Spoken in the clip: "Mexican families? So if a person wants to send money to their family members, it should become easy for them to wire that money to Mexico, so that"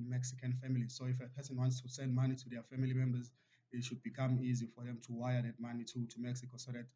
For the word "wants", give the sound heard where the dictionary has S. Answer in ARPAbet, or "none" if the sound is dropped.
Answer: S